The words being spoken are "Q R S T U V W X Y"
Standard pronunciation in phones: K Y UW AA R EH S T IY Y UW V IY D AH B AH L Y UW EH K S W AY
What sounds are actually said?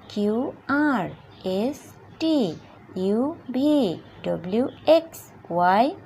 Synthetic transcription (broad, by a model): K Y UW AA R EH S T IY Y UW B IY D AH B L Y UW EH K S W AY